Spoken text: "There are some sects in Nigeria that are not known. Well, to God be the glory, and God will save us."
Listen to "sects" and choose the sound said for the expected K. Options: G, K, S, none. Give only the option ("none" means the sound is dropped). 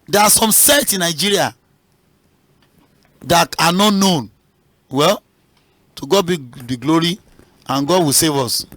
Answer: none